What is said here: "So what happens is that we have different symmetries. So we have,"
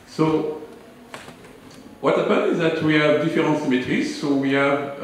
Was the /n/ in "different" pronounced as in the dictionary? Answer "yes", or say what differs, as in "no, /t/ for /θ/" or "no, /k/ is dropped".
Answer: no, /n/ is dropped